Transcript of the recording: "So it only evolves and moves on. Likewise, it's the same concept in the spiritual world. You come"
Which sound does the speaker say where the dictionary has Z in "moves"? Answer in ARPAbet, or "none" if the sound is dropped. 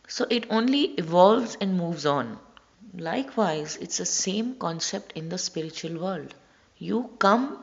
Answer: Z